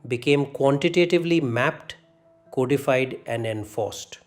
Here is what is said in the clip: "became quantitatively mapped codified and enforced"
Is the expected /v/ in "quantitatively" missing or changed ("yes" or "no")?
no